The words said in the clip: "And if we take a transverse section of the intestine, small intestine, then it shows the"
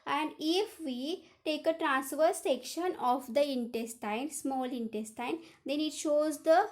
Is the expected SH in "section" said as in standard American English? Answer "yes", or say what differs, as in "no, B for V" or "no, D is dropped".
yes